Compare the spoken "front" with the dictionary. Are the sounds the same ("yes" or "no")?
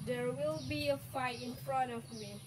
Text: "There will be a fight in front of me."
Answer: yes